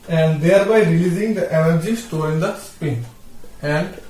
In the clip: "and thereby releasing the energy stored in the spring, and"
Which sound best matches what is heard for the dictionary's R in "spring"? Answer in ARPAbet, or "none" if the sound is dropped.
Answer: none